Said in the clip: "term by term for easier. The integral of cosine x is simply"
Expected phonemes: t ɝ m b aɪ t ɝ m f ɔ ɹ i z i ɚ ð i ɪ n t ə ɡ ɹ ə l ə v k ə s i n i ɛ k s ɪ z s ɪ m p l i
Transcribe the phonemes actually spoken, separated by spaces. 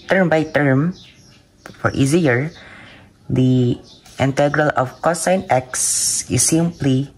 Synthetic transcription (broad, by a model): t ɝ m b aɪ t ɝ m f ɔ ɹ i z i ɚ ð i ɪ n t ə ɡ ɹ ə l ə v k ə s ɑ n ɛ k s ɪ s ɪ m p l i